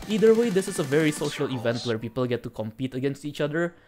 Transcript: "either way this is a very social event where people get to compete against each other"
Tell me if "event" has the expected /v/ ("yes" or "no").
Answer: yes